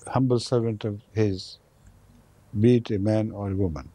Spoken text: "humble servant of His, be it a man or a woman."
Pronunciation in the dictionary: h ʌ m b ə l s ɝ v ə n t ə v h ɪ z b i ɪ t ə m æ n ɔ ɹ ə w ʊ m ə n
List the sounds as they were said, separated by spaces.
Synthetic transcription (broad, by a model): h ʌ m b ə l s ɝ v ə n t ə v h ɪ z b i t ə m æ n ɔ ɹ ə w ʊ m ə n